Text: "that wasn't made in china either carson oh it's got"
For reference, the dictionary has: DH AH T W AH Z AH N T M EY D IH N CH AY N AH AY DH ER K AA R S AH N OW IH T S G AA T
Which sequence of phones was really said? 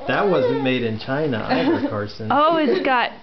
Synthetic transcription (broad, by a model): DH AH T W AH Z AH N M EY D IH N CH AY N AH AY ER K AA R S AH N OW IH T S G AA T